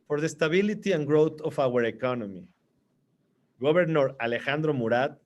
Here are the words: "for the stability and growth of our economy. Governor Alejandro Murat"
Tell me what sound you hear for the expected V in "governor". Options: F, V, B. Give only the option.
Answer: B